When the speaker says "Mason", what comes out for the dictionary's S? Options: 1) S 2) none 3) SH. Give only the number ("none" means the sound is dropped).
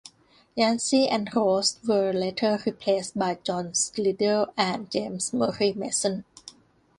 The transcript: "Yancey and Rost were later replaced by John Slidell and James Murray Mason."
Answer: 1